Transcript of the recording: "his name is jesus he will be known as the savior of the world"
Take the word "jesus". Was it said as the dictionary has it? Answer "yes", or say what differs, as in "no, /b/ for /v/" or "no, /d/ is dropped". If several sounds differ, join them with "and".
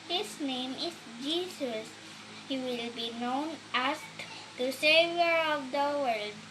no, /s/ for /z/